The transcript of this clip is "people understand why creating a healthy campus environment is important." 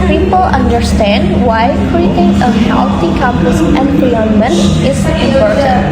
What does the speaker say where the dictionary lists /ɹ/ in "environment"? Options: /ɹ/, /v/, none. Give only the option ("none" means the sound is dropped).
none